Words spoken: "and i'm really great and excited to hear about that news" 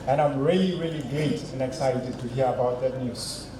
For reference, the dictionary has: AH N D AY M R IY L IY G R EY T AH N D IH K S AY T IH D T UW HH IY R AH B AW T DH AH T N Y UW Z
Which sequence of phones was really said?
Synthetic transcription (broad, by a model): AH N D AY M R IY L IY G L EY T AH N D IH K S AY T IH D T UW HH IY R AH B AW T DH AH T N Y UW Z